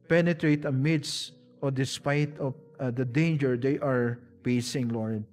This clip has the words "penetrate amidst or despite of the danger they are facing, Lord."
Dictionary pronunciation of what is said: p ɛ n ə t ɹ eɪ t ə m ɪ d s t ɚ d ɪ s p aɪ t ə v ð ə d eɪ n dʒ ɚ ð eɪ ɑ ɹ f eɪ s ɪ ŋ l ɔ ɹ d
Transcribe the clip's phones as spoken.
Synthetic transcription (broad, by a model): p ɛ n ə t ɹ eɪ t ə m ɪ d s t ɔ d ɪ s p aɪ t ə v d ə d eɪ n dʒ ɚ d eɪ ɑ ɹ p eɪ s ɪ ŋ l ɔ ɹ d